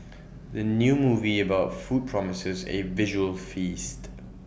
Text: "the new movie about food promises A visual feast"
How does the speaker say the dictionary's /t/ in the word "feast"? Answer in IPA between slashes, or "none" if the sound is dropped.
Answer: /t/